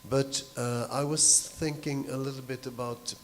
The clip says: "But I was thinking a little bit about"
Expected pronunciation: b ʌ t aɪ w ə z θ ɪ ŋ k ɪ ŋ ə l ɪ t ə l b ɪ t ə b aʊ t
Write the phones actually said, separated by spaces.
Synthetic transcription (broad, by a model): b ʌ t aɪ w ə z θ ɪ ŋ k ɪ ŋ ə l ɪ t l b ɪ t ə b aʊ t